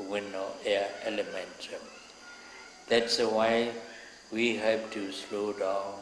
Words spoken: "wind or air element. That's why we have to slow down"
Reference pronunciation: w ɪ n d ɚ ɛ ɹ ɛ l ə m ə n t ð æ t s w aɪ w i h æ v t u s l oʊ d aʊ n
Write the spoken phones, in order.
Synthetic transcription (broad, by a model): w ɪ n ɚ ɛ ɛ l ə m ə n t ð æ t s w aɪ w i h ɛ p t u s l oʊ d aʊ n